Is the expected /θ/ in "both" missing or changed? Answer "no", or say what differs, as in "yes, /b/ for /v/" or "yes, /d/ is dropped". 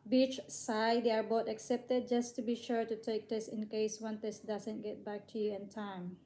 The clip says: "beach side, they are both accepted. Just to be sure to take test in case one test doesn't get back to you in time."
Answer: yes, /t/ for /θ/